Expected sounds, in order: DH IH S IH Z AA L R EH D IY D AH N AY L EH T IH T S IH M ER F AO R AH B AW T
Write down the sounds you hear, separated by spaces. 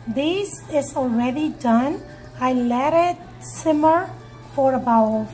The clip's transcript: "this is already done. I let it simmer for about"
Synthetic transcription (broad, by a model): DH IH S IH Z AA L R EH D IY D AH N AY L EH T IH T S IH M ER F AO R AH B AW